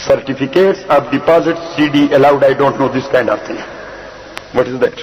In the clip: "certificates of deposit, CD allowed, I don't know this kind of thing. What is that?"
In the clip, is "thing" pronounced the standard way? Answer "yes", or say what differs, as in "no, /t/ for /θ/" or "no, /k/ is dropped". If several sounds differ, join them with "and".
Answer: no, /t/ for /θ/